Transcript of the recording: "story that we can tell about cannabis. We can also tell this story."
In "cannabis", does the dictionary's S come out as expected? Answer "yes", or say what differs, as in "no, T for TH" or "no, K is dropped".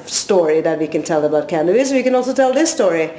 no, S is dropped